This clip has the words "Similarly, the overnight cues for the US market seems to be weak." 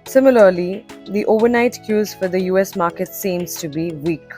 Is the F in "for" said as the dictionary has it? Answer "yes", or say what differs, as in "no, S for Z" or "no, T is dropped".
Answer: yes